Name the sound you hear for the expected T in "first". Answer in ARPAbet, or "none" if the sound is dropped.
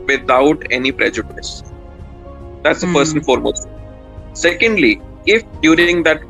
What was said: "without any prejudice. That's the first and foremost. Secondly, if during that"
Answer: none